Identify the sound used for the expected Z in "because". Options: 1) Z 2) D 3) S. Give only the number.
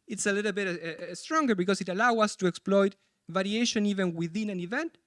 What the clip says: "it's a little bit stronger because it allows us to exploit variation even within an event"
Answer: 3